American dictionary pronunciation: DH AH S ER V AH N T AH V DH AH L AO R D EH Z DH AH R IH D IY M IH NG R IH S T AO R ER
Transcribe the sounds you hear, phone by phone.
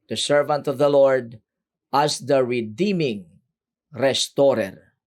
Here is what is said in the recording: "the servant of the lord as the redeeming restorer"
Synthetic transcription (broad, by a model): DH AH S ER V AH N T AH V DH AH L AO R D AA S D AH R IH D IY M IH NG R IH S T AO R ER